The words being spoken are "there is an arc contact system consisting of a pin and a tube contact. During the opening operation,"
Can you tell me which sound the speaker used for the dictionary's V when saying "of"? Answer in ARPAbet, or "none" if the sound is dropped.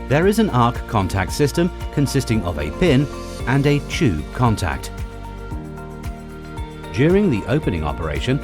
V